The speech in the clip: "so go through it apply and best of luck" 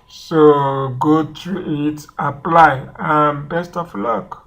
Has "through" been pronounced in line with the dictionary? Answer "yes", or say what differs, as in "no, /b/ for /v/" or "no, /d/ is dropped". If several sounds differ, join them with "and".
no, /t/ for /θ/